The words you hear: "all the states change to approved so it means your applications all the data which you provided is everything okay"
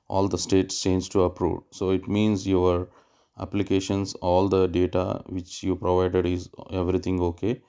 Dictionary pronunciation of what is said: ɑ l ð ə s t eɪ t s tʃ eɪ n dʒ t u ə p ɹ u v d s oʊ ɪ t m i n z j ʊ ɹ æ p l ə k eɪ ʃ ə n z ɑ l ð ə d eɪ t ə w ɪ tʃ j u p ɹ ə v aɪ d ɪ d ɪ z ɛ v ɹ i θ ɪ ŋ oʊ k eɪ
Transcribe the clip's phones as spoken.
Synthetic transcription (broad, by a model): ɑ l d ə s t eɪ t s tʃ eɪ n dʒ t u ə p ɹ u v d s oʊ ɪ t m i n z j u ɹ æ p l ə k eɪ ʃ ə n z ɑ l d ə d eɪ t ə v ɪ tʃ j u p ɹ ə v aɪ d ɪ d ɪ z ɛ v ɹ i t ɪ ŋ oʊ k eɪ